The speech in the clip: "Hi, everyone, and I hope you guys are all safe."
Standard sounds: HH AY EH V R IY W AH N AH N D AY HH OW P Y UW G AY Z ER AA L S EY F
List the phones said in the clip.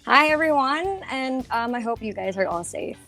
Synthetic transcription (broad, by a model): HH AY EH V R IY W AH N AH N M AY HH OW P Y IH G AY Z ER AA L S EY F